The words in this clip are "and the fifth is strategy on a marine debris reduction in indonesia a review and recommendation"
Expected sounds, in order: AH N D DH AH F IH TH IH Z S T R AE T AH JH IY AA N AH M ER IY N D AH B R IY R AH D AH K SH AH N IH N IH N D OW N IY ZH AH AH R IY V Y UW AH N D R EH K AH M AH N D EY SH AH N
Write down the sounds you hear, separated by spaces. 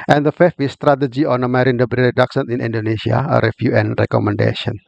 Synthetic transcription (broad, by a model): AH N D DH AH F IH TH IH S T R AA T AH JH IY AA N AH M ER IY N D AH B R IY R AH D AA K S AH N IH N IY N D OW N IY S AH AH R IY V Y UW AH N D R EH K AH M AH N D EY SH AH N